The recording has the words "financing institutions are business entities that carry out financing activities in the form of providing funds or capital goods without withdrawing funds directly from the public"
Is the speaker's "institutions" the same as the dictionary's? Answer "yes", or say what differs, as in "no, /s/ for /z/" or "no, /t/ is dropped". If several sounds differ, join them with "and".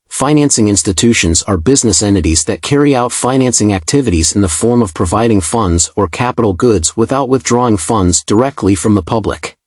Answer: yes